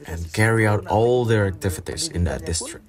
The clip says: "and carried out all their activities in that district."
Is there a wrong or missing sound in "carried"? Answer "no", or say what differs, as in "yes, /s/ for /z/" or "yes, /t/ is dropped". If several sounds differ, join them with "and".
yes, /d/ is dropped